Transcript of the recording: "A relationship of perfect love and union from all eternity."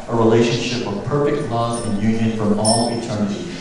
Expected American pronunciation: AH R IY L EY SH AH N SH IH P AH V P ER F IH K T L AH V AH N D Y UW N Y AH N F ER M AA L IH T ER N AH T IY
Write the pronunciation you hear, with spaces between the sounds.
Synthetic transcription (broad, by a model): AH R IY L EY SH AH N SH IH P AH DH P ER F IH K T L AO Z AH N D Y UW N Y AH N F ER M AA L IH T ER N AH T IY